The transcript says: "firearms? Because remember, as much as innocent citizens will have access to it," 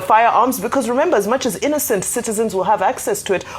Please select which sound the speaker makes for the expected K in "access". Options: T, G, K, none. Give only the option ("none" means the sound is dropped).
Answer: K